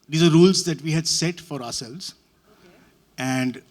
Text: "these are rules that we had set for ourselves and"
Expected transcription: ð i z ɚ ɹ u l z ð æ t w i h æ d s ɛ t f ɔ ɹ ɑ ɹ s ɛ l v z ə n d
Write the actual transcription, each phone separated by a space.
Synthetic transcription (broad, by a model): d i z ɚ ɹ u l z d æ t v i h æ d s ɛ t f ɔ ɹ ɑ ɹ s ɛ l v z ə n d